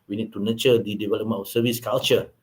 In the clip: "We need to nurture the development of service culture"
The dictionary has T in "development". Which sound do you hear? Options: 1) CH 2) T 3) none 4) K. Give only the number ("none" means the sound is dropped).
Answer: 3